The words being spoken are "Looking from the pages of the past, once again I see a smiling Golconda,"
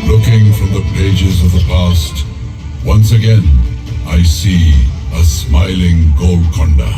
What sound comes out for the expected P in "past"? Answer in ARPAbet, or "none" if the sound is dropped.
P